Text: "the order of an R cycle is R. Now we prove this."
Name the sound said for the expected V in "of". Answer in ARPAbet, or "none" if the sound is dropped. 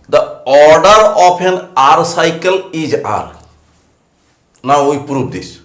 P